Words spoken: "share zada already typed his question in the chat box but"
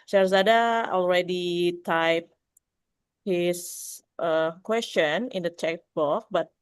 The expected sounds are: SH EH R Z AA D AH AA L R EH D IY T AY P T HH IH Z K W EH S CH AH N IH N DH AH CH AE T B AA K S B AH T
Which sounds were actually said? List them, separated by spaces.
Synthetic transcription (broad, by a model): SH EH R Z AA D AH AA L R EH D IY T AY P HH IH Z K W EH S CH AH N IH N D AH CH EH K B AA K B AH T